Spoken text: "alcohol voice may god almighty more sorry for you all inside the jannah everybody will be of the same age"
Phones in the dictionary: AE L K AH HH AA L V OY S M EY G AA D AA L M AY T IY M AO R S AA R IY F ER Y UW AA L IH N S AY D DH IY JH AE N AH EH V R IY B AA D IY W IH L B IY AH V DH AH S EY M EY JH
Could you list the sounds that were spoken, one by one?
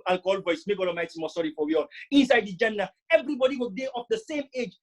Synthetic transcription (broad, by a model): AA L K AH HH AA L V OY S M EY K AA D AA M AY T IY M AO S AA R IY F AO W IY AA L IH N S AY D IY JH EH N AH EH V R IY B AA D IY W IH L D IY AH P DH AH S EY M EY JH